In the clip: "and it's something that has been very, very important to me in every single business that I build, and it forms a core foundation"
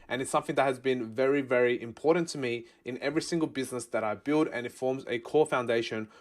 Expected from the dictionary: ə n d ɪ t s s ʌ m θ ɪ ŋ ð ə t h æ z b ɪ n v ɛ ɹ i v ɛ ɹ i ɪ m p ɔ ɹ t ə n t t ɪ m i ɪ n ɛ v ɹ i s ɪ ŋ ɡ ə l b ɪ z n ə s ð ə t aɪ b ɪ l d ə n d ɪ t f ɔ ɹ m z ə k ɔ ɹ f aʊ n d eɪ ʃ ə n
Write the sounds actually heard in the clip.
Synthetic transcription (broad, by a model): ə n ɪ t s s ʌ m θ ɪ ŋ ð ə t h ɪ z b ɪ n v ɛ ɹ i v ɛ ɹ i ɪ m p ɔ ɹ t n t t ɪ m i ɪ n ɛ v ɹ i s ɪ ŋ ɡ ə l b ɪ z n ə s ð ə t aɪ b ɪ l d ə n ɪ t f ɔ ɹ m z ə k ɔ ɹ f aʊ n d eɪ ʃ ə n